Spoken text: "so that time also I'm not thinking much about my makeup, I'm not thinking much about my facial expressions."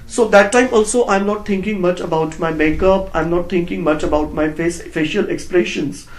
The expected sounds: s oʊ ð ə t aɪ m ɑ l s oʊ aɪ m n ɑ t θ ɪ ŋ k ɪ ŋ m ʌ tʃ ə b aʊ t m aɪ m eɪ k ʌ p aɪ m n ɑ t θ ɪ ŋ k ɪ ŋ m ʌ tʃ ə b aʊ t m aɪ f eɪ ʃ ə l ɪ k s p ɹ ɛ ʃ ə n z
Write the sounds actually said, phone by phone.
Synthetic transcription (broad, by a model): s oʊ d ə t aɪ m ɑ l s oʊ aɪ m n ɑ t t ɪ ŋ k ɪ ŋ m ʌ tʃ ə b aʊ t m aɪ m eɪ k ʌ p aɪ m n ɑ t t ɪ ŋ k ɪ ŋ m ʌ tʃ ə b aʊ t m aɪ f eɪ ʃ ə l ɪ k s p ɹ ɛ ʃ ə n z